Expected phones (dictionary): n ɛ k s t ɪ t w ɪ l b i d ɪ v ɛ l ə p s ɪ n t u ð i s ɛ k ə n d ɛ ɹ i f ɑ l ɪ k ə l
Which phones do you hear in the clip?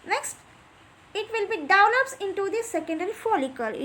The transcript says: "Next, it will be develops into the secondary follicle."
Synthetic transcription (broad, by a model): n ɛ k s t ɪ t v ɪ l b i d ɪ ʊ n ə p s ɪ n t u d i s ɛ k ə n d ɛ ɹ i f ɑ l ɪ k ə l